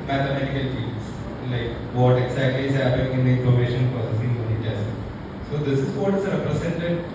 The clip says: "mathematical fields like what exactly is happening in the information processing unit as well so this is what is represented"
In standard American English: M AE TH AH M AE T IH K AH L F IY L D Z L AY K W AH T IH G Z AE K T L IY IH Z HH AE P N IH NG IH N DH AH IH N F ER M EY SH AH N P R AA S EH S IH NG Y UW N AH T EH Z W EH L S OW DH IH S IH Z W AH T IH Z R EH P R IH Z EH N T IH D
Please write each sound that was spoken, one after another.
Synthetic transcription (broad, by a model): M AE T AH M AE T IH K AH L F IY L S L AY K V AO T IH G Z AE K T L IY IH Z HH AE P IH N IH N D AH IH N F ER M EY SH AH N P R AA S EH S IH NG Y UW N AH T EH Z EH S S OW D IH S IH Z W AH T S R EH P R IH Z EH N T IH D